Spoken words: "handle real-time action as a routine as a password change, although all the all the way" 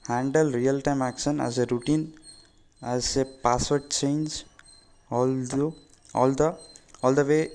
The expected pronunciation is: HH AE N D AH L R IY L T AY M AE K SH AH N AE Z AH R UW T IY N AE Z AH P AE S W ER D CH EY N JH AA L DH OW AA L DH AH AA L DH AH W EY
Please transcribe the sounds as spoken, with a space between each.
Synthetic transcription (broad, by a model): HH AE N D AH L R IY L T AY M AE K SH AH N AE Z AH R UW T IY N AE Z AH P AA S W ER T CH EY N JH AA L OW AA L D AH AA L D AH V EY